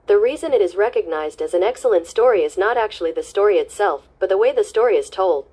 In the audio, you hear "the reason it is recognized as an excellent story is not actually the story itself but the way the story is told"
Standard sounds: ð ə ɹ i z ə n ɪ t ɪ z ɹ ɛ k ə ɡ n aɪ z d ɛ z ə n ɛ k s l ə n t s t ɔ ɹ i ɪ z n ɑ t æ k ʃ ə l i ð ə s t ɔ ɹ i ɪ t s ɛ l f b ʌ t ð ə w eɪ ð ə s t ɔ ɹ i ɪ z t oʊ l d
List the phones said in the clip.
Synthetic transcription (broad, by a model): ð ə ɹ i z ə n ɪ t ɪ z ɹ ɛ k ə ɡ n aɪ z d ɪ z n ɛ k s l ə n t s t ɔ ɹ i ɪ z n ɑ t æ k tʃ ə l i ð ə s t ɔ ɹ i ɪ t s ɛ l f b ʌ t ð ə w eɪ ð ə s t ɔ ɹ i ɪ z t oʊ l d